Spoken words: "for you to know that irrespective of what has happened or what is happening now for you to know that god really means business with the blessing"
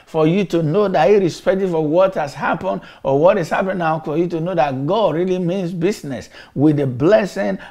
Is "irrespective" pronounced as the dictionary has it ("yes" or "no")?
no